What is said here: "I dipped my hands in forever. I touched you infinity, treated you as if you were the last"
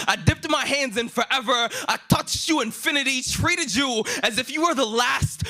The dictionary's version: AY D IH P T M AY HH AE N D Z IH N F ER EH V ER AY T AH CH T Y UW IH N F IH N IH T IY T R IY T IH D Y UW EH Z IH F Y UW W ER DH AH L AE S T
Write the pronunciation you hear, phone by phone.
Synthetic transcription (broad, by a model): AY D IH P T M AY HH AE N D Z IH N F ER EH V ER AY T AH CH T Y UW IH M F IH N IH T IY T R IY T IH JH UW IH Z IH F Y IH W ER DH AH L AE S T